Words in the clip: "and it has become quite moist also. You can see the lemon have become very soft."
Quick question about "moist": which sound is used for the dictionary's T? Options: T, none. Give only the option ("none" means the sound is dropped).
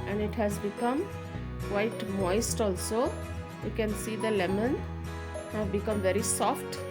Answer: T